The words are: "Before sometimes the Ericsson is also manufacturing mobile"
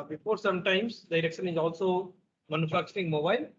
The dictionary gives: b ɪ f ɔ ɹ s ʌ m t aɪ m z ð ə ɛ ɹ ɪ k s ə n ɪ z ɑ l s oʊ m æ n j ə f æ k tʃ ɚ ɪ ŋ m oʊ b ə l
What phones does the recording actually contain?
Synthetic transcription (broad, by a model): b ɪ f ɔ ɹ s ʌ m t aɪ m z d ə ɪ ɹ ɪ k ʃ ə n ɪ z ɑ l s oʊ m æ n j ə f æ k tʃ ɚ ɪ ŋ m oʊ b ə l